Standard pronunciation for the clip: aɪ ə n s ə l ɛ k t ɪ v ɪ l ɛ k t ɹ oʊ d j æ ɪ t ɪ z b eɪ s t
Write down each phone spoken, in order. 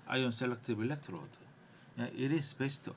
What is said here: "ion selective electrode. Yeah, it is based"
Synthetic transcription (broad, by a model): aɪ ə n s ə l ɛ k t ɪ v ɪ l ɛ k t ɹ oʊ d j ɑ ɪ t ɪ s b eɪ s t